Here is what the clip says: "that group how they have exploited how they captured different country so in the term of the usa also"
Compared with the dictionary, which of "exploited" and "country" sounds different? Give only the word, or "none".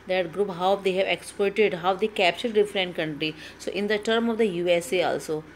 exploited